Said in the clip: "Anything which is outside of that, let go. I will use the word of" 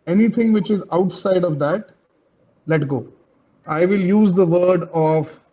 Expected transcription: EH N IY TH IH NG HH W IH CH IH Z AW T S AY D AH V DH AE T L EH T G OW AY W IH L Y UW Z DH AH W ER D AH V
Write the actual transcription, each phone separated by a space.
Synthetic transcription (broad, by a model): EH N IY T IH NG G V IH CH IH Z AW T S AY D AH V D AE T L EH T G OW AY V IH L Y UW Z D AH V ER D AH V